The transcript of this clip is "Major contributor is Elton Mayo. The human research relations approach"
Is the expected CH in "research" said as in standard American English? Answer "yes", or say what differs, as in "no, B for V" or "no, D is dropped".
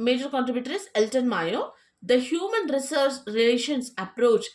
no, S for CH